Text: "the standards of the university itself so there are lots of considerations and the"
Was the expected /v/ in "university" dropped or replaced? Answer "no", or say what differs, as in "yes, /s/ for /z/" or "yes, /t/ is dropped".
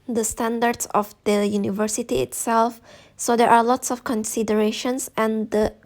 no